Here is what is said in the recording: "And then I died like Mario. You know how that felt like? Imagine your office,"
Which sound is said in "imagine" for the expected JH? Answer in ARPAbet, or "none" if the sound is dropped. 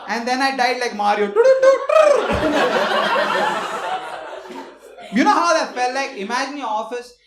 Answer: JH